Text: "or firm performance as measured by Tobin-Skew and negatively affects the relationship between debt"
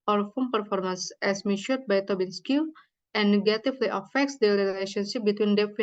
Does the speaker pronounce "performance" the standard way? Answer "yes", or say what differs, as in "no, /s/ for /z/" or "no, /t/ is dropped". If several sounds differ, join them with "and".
yes